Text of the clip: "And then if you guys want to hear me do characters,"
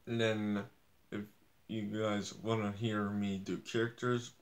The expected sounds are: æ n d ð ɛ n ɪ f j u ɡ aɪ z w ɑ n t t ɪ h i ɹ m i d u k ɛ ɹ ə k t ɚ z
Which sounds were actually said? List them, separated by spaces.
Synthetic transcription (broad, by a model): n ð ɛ n ɪ f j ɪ ɡ aɪ z w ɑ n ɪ h i ɹ m i d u k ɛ ɹ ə k t ɚ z